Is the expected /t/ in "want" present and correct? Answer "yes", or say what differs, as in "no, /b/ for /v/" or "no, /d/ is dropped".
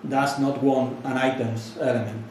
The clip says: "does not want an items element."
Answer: no, /t/ is dropped